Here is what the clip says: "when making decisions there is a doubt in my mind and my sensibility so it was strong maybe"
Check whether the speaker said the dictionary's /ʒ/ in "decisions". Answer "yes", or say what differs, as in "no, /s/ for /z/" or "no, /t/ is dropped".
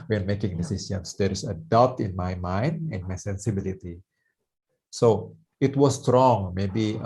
no, /s/ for /ʒ/